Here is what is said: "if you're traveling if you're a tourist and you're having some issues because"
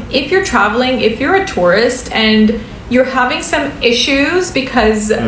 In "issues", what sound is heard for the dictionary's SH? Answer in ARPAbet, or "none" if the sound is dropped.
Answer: SH